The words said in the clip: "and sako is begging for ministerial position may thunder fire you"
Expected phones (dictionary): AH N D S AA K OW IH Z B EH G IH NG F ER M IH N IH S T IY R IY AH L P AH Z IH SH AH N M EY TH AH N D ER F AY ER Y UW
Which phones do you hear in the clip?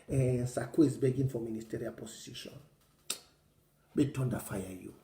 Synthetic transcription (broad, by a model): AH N S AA K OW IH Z B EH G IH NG F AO M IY N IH S T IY R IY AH L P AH S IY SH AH N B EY T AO N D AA F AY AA Y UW